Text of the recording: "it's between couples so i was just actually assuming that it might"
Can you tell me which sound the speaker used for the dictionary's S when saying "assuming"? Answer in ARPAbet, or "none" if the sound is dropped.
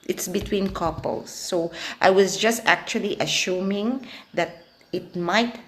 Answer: SH